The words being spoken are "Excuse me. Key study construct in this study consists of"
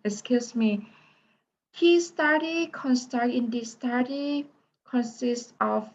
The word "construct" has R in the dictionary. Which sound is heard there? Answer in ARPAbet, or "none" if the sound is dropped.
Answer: none